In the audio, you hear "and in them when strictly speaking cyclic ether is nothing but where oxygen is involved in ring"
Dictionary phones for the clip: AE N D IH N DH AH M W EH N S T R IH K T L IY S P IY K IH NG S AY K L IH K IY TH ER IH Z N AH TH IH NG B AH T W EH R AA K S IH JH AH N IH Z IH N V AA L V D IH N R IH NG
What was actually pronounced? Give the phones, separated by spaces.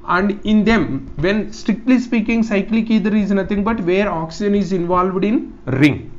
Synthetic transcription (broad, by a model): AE N D IH N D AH M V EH N S T R IH K T L IY S P IY K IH NG S AY K L IH K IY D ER IH Z N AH T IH NG B AH T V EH R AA K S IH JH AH N IH Z IH N V AA L V D IH N R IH NG